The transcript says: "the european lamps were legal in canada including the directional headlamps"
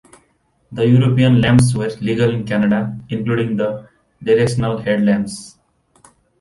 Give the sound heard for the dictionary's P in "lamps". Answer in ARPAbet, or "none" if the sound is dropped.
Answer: none